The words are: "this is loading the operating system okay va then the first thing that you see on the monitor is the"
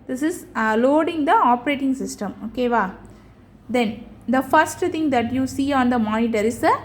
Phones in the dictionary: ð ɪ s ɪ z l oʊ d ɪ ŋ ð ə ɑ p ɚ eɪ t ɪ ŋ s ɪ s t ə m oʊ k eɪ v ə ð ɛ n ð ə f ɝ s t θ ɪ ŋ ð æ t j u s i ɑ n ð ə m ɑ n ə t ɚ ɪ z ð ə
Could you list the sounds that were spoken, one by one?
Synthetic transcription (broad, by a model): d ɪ s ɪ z l oʊ d ɪ ŋ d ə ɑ p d eɪ t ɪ ŋ s ɪ s t ə m oʊ k eɪ v ə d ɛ n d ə f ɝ s t t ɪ ŋ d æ t j u s i ɑ n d ə m ɑ n ə t ɚ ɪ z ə